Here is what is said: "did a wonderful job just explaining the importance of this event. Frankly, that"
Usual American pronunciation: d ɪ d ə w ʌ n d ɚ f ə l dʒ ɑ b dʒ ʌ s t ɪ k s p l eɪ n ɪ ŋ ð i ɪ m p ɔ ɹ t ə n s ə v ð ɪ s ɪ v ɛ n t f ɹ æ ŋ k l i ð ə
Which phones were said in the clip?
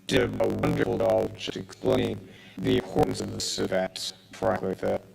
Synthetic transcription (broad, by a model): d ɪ ə w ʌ n d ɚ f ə l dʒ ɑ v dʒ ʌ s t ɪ k s p l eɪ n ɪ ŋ ð i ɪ p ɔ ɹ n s ə v ð ɪ s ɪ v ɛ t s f ɹ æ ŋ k i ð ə